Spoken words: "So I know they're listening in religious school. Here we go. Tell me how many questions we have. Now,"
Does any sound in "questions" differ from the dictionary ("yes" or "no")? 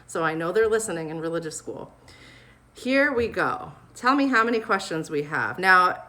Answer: no